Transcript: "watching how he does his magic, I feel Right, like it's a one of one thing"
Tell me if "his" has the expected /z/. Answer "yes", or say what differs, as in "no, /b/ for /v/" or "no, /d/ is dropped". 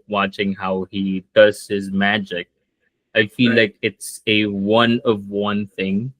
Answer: yes